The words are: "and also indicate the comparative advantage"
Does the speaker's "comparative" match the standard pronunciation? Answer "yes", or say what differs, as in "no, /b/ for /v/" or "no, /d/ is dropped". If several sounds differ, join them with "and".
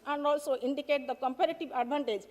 yes